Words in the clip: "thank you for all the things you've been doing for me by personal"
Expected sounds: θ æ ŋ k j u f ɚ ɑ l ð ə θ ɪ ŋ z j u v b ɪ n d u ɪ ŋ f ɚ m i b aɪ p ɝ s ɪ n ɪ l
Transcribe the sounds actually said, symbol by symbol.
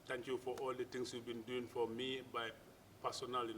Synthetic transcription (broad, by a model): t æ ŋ k j u f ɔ ɑ l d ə t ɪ ŋ s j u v b ɪ n d u ɪ ŋ f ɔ m i b aɪ p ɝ s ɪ n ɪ l